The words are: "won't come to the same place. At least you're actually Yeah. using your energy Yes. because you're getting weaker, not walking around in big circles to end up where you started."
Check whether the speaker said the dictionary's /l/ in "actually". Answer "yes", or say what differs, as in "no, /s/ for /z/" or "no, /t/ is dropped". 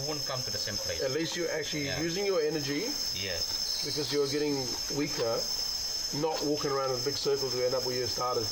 no, /l/ is dropped